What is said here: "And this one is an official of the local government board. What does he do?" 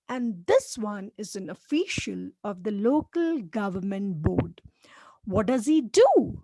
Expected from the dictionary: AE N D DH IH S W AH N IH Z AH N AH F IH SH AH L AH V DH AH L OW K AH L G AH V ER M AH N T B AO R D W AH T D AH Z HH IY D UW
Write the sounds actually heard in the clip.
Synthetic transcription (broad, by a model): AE N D IH S W AH N IH Z AH N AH F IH SH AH L AH V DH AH L OW K AH L G AH V ER M AH N T B AO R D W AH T D AH Z HH IY D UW